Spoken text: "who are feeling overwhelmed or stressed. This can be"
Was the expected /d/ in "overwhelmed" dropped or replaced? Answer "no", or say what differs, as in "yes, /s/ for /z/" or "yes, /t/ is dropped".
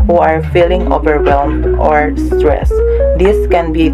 yes, /d/ is dropped